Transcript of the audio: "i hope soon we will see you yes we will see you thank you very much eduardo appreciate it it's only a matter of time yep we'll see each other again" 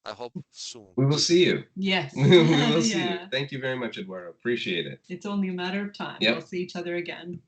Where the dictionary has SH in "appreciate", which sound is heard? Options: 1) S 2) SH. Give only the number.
2